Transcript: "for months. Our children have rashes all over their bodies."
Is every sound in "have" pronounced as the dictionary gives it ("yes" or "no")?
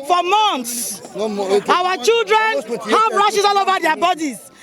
no